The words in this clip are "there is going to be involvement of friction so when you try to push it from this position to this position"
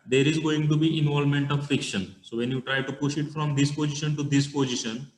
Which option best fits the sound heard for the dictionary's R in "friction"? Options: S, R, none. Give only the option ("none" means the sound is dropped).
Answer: none